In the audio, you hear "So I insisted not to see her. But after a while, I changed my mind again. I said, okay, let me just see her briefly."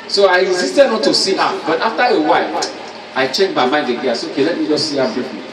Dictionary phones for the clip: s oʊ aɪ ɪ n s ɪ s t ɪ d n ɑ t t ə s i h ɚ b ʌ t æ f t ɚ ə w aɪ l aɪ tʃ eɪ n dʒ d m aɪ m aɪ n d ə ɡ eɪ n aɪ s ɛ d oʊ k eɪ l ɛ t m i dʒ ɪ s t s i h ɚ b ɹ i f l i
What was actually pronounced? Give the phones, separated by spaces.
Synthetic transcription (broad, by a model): s oʊ aɪ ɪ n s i s t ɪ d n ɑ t t ə s i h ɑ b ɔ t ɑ f t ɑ ə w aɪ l aɪ tʃ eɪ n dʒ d m aɪ m aɪ n d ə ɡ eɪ aɪ s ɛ oʊ k eɪ l ɛ t m i dʒ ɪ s s i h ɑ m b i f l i